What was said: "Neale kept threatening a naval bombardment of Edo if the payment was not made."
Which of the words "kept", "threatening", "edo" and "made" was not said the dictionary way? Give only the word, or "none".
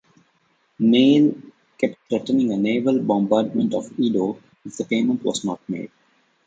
threatening